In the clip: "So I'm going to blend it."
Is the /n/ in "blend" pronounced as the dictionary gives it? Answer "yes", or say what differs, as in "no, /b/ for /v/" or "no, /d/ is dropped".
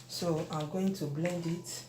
yes